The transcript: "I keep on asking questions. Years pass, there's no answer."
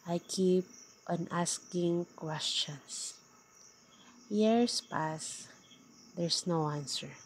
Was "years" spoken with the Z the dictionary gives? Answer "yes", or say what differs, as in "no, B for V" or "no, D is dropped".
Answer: no, S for Z